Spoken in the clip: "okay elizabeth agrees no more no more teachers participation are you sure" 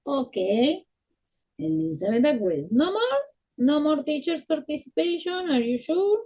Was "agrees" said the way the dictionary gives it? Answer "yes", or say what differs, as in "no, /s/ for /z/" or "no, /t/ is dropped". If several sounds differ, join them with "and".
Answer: no, /w/ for /ɹ/